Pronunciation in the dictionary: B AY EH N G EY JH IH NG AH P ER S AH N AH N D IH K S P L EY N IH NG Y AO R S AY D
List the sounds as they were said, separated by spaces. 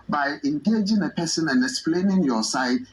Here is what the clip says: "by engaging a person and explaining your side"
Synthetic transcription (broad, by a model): B AY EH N G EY JH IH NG AH P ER S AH N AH N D IH K S P L EY N IH NG Y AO S AY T